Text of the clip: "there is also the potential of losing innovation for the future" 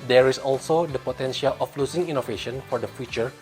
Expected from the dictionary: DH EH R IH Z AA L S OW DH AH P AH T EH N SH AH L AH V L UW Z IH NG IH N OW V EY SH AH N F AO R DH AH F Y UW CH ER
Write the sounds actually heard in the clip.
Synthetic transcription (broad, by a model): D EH R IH S AA L S OW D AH P AH T EH N SH AH L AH F L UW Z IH NG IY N OW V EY SH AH N F AO R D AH F Y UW CH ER